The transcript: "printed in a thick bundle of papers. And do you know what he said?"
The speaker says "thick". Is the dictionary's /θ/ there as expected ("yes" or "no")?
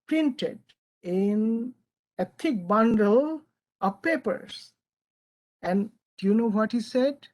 no